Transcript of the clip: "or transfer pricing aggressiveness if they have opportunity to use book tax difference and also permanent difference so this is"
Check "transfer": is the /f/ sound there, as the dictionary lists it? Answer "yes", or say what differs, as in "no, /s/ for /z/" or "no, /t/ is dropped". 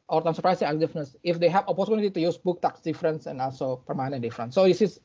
no, /f/ is dropped